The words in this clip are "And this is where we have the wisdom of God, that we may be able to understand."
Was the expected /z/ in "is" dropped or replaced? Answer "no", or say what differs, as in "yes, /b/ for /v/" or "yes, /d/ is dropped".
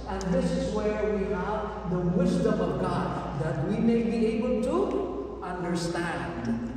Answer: no